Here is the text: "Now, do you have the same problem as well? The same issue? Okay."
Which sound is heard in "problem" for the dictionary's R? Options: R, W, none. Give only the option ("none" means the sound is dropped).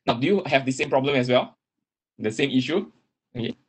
R